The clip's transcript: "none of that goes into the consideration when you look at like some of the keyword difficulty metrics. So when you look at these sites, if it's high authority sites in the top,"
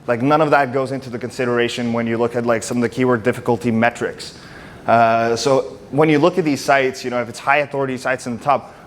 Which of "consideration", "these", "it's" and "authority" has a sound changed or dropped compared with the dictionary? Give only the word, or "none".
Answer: none